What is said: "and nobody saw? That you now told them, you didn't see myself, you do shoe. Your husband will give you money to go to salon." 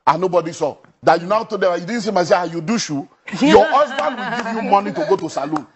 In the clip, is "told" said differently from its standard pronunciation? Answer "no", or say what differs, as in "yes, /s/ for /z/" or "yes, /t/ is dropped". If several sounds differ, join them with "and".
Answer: yes, /l/ is dropped